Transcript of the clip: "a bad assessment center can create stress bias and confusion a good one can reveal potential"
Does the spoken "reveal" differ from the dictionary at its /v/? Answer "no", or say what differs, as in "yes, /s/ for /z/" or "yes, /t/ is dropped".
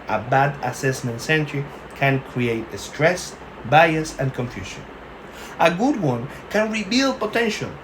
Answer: yes, /b/ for /v/